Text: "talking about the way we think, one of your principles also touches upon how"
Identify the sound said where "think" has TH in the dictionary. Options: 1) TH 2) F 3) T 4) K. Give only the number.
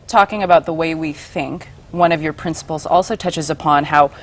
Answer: 1